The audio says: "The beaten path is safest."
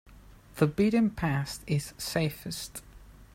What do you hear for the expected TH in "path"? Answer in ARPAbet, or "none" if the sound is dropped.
T